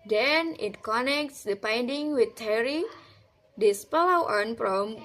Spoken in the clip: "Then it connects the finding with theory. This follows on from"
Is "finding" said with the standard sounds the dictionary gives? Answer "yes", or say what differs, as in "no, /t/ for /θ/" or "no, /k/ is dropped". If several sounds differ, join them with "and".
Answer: no, /p/ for /f/